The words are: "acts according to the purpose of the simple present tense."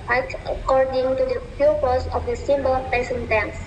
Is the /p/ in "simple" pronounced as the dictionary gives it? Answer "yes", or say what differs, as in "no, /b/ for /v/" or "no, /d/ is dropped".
no, /b/ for /p/